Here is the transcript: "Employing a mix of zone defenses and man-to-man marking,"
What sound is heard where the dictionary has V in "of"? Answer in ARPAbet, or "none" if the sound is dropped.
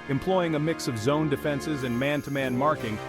V